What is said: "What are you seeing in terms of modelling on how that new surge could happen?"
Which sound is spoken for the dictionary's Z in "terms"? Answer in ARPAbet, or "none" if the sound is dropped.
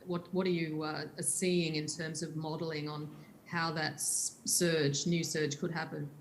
Z